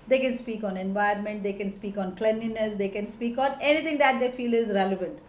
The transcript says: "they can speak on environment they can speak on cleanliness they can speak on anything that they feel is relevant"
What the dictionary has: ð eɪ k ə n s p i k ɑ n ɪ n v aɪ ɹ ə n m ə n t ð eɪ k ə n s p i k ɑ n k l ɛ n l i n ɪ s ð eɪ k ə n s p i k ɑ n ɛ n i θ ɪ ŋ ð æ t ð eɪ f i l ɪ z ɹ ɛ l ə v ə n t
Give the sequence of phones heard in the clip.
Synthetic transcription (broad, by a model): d eɪ k ə n s p i k ɑ n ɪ n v aɪ ə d m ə n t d eɪ k ə n s p i k ɑ n k l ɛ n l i n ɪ s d eɪ k ə n s p i k ɑ n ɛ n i t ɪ ŋ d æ t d eɪ f i l ɪ z ɹ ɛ l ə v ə n t